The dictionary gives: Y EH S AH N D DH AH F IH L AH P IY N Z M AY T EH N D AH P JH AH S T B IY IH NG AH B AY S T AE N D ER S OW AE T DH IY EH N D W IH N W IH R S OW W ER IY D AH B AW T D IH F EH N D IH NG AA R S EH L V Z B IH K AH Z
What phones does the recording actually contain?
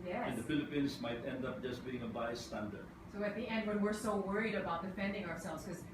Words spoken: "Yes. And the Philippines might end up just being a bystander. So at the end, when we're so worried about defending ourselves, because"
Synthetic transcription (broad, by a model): Y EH AH N D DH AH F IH L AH P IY N S M AY T EH N D AH P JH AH S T B IY IH NG AH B AY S T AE N D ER S OW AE T DH IY EH N D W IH N W IH R S OW W ER IY D AH B AW T D IH F EH N D IH NG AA R S EH L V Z K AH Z